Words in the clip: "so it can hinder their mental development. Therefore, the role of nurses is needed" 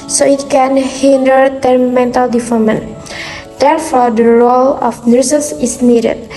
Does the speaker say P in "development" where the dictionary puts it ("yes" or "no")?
no